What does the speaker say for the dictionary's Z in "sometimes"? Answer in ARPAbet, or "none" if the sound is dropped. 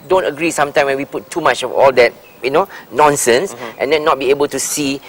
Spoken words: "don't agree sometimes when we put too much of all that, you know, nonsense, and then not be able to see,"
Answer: none